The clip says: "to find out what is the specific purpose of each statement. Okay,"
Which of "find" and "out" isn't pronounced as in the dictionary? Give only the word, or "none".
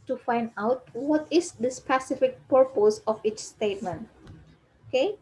none